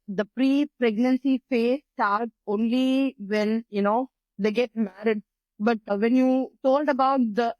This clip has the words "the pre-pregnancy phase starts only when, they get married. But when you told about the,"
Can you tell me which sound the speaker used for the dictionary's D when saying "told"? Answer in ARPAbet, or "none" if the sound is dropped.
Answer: D